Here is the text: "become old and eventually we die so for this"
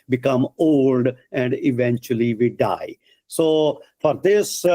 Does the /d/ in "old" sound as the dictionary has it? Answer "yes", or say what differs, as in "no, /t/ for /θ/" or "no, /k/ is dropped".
yes